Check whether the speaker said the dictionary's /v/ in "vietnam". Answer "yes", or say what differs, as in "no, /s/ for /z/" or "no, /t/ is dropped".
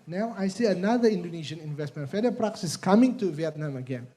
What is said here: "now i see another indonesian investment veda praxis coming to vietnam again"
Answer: yes